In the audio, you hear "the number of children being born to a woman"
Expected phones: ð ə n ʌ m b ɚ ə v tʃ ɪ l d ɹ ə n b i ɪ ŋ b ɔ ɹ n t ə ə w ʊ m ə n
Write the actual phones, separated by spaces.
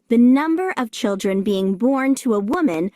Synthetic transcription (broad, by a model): ð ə n ʌ m b ɚ ə v tʃ ɪ l d ɹ ə n b i ɪ ŋ b ɔ ɹ n t ə ə w ʊ m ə n